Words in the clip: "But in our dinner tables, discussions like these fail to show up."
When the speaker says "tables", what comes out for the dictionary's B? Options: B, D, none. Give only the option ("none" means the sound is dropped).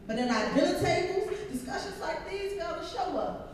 none